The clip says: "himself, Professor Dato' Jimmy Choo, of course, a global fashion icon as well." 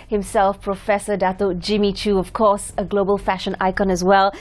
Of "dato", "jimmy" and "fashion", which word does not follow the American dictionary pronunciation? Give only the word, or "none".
none